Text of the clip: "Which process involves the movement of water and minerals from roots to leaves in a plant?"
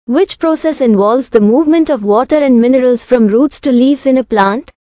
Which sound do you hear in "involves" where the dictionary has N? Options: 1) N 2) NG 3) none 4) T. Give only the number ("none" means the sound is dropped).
1